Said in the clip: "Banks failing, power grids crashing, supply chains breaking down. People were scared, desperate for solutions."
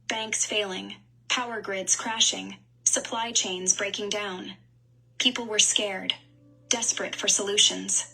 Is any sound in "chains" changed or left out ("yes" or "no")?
no